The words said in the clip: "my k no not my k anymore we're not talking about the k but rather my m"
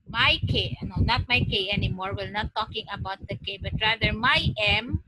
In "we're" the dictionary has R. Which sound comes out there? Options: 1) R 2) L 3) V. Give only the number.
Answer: 2